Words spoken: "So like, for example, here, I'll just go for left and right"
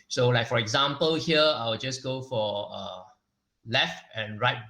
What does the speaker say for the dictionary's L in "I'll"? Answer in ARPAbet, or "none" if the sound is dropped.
W